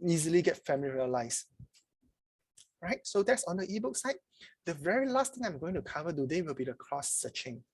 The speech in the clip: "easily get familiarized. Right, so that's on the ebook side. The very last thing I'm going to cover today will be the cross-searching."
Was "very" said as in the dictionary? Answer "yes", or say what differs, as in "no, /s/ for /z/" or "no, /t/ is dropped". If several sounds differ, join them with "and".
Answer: yes